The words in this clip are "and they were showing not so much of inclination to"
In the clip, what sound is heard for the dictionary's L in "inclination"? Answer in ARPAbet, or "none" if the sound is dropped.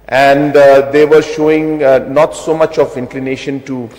L